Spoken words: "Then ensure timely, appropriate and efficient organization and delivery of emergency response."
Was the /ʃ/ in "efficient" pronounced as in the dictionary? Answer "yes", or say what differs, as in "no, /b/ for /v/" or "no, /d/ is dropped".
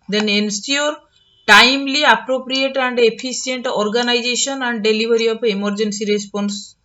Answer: no, /s/ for /ʃ/